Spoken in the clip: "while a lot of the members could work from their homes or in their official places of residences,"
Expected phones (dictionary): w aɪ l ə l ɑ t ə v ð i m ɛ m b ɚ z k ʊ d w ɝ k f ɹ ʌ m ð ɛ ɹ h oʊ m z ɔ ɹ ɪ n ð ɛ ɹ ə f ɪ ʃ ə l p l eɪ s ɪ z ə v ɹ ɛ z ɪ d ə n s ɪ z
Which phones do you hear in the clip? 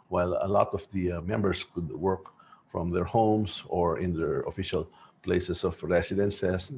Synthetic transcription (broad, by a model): w aɪ l ə l ɑ t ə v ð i m ɛ m b ɚ s k ʊ d w ɝ k f ɹ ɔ m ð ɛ ɹ h oʊ m s ɔ ɹ ɪ n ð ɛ ɹ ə f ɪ ʃ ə l p l eɪ s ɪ s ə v ɹ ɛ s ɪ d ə n s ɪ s